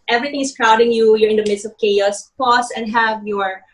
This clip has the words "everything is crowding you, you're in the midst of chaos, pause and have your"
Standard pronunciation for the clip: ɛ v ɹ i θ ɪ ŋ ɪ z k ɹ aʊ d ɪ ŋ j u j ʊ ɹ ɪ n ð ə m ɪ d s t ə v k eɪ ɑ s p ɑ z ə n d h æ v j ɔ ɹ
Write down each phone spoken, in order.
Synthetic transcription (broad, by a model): ɛ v ɹ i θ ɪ ŋ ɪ s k ɹ aʊ d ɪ ŋ j u j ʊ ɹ ɪ n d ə m ɪ d s t ə v k eɪ ɑ s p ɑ s ə n d h æ v j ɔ ɹ